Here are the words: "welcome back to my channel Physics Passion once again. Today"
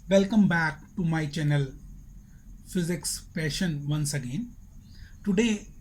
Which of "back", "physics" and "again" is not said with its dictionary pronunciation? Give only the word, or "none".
none